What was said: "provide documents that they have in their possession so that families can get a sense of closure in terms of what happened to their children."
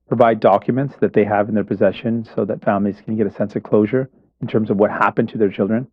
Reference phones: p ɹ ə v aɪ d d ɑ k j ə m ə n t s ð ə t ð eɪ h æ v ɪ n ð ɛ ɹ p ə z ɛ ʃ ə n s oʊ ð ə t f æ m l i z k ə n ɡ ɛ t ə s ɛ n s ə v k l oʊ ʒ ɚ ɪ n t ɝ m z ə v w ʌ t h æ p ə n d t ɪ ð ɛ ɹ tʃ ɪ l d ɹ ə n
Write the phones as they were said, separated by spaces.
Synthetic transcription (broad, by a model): p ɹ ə v aɪ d d ɑ k j ə m ə n t s ð ə t ð eɪ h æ v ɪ n ð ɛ ɹ p ə z ɛ ʃ ə n s oʊ ð ə t f æ m l i z k ə n ɡ ɛ t ə s ɛ n s ə v k l oʊ ʒ ɚ ɪ n t ɝ m z ə v w ʌ t h æ p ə n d t ɪ ð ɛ ɹ tʃ ɪ l d ɹ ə n